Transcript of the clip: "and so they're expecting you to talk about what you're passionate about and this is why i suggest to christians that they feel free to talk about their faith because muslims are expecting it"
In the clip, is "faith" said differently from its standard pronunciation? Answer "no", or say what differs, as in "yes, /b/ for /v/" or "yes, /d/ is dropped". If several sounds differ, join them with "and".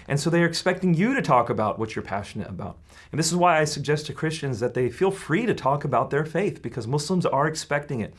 no